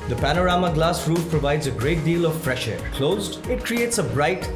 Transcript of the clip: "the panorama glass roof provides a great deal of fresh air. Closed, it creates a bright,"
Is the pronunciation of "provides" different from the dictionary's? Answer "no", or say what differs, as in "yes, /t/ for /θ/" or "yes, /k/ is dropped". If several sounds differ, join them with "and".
no